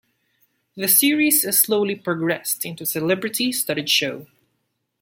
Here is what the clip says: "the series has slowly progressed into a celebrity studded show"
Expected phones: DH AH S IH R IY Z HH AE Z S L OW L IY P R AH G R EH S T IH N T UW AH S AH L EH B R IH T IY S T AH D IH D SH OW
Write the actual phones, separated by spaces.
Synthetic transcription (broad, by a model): DH AH S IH R IY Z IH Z S L OW L IY P R AH G R EH S T IH N T UW S AH L EH B R IH T IY S T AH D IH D SH OW